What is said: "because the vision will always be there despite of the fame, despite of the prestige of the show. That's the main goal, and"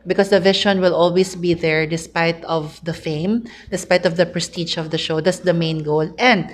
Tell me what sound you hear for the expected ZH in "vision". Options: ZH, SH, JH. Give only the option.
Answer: SH